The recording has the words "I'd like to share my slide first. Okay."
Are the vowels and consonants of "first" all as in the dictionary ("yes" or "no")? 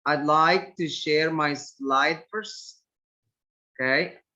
no